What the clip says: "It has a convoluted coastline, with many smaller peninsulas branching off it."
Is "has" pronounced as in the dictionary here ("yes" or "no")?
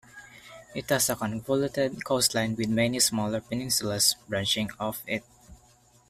no